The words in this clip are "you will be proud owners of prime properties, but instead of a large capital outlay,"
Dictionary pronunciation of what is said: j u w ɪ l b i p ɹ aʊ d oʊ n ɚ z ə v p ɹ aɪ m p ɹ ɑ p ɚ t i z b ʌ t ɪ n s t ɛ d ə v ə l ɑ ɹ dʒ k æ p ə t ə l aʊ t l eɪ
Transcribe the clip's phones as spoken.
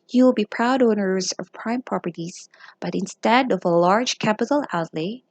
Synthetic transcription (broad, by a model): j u w ɪ l b i p ɹ aʊ d oʊ n ɚ z ə v p ɹ aɪ m p ɹ ɑ p ɚ t i z b ʌ t ɪ n s t ɛ d ə v ə l ɑ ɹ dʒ k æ p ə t l aʊ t l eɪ